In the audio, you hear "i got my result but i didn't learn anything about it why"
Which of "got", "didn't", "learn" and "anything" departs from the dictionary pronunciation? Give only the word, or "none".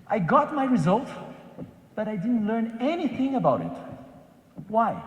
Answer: none